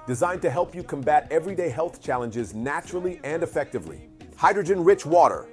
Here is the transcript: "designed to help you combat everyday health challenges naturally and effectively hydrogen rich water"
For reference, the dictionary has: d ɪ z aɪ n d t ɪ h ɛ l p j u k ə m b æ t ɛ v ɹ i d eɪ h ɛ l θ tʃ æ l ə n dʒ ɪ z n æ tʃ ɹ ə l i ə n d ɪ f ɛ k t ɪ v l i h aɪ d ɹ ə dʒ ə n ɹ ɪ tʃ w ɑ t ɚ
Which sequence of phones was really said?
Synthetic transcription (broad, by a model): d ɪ z aɪ n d t ɪ h ɛ l p j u k ə m b æ t ɛ v ɹ i d eɪ h ɛ l θ tʃ æ l ə n dʒ ɪ z n æ tʃ ɹ l i ə n d ɪ f ɛ k t ɪ v l i h aɪ d ɹ ə dʒ ə n ɹ ɪ tʃ w ɑ t ɚ